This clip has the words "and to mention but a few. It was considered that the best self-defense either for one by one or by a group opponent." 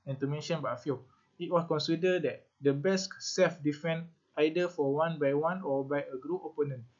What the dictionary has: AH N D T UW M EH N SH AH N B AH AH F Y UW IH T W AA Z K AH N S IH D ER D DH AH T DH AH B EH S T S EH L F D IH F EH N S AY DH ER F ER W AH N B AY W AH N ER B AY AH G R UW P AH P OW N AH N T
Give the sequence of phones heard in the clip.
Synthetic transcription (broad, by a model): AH N T UW M EH N SH AH N B AH F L IH T W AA S K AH N S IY D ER D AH T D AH B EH S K S EH L F D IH F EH N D AY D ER F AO W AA N B AY W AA N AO B AY AH G R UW AH P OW N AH N